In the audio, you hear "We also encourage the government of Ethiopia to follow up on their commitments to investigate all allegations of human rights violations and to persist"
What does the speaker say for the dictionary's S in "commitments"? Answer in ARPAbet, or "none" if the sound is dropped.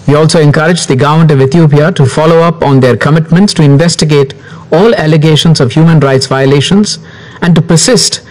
S